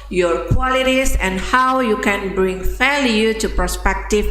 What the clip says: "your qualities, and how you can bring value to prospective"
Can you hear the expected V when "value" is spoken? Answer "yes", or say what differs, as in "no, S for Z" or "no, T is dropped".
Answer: no, F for V